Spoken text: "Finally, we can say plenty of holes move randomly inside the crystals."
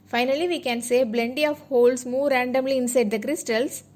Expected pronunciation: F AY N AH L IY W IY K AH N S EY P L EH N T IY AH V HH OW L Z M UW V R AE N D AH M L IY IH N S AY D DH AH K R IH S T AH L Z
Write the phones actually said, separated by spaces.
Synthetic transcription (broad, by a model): F AY N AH L IY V IY K AH N S EY B L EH N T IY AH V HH OW L S M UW R AE N D AH M L IY IH N S AY D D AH K R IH S T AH L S